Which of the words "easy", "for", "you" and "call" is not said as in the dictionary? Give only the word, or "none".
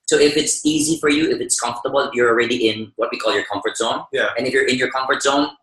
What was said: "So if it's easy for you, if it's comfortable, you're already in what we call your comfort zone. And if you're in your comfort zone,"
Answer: none